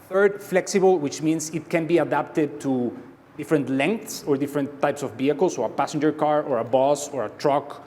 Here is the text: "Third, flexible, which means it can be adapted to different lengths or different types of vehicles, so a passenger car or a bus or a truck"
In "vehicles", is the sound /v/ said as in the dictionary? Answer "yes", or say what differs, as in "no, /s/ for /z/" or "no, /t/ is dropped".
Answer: no, /b/ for /v/